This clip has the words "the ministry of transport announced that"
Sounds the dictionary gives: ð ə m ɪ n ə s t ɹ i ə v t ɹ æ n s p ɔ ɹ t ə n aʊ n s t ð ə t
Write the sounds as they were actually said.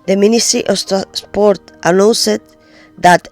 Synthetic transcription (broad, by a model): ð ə m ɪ n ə s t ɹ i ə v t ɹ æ s p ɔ ɹ t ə n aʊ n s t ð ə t